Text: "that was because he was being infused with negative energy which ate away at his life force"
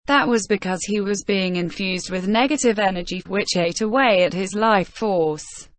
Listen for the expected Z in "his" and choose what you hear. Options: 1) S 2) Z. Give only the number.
2